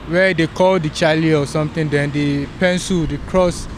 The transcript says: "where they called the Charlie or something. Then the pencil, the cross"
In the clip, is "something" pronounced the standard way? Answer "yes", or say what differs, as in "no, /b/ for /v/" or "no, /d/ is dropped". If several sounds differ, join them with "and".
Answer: no, /t/ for /θ/